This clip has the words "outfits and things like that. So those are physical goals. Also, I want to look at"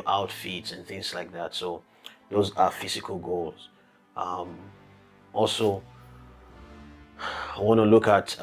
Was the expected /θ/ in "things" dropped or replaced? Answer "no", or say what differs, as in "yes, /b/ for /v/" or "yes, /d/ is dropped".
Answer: no